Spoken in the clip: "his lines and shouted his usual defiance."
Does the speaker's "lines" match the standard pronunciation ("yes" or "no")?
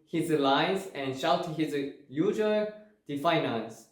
no